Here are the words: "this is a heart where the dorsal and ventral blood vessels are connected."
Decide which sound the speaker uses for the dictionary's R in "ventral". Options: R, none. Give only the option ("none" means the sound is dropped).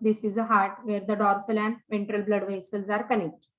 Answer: R